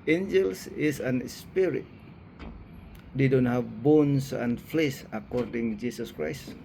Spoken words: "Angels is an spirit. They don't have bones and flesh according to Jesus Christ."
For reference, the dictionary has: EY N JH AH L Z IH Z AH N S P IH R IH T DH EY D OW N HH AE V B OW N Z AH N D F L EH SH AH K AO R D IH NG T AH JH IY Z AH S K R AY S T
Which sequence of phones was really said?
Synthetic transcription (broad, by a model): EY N JH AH L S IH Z AH N S P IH R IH T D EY D OW N HH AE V B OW N S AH N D F L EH S AH K AO R D IH NG JH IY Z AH S K R AY S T